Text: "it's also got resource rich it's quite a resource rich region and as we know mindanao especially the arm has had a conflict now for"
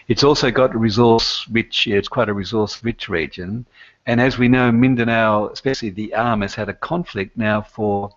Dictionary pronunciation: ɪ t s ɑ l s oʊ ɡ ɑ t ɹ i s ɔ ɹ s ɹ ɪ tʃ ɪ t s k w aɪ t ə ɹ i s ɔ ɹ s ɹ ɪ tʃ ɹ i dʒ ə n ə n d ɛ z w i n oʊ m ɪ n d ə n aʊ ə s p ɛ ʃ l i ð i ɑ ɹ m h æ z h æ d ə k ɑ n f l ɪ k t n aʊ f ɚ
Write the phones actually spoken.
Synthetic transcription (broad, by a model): ɪ t s ɑ l s oʊ ɡ ɑ t ɹ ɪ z ɔ ɹ s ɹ ɪ tʃ ɪ t s k w aɪ t ə ɹ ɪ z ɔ ɹ s ɹ ɪ tʃ ɹ i dʒ ə n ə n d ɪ z w i n oʊ m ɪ n d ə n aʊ ə s p ɛ ʃ l i ð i ɑ ɹ m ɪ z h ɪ d ə k ɑ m f l ɪ k t n aʊ f ɚ